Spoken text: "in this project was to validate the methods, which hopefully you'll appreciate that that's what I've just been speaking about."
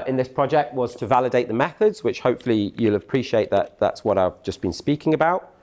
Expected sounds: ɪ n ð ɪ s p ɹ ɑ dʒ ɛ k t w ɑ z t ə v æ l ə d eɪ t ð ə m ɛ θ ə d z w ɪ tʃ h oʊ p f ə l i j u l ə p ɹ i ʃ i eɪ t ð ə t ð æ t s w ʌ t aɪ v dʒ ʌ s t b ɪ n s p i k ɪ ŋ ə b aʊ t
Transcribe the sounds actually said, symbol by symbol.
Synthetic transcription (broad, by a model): ɪ n ð ɪ s p ɹ ɑ dʒ ɛ k t w ɑ z t ə v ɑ l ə d eɪ t ð ə m ɛ θ ə d z w ɪ tʃ h oʊ p f ə l i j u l ə p ɹ i ʃ i eɪ t ð ə t ð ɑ t s w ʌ t aɪ v dʒ ʌ s b ɪ n s p i k ɪ ŋ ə b aʊ t